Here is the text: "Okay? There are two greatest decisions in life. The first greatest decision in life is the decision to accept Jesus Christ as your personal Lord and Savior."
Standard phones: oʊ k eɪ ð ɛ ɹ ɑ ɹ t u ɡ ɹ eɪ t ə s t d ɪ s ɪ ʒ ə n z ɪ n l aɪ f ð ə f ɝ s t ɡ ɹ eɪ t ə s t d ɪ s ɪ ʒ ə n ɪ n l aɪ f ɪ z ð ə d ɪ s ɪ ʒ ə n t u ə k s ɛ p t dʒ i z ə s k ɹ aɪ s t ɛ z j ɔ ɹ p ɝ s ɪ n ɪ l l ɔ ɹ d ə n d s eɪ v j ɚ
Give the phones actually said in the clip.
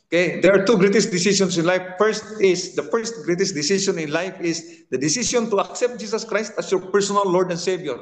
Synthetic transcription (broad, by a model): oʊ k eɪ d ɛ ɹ ɑ ɹ t u ɡ ɹ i t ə s d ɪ s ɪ s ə n s ɪ n l aɪ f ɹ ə f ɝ s t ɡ ɹ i t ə s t d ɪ s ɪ ʃ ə n ɪ n l aɪ f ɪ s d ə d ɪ s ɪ s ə n t u ə k s ɛ p t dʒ i s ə s k ɹ aɪ s t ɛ s j ɔ ɹ p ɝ s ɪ n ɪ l l ɔ ɹ d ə n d s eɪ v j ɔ